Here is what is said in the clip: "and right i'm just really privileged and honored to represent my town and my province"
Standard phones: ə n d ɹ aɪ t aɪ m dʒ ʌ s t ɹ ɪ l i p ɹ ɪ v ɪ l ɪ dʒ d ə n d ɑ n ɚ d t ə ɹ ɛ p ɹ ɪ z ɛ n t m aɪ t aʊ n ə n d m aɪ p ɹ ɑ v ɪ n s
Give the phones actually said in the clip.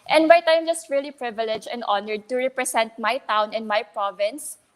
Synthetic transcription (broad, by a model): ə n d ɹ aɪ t aɪ m dʒ ʌ s t ɹ ɪ l i p ɹ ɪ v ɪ l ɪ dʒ ə n d ɑ n ɚ d t ə ɹ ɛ p ɹ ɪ s ɛ n t m aɪ t aʊ n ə n m aɪ p ɹ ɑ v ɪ n s